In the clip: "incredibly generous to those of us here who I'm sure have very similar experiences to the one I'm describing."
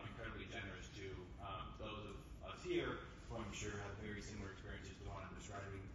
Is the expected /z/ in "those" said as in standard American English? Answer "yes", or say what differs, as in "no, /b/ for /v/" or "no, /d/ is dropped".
yes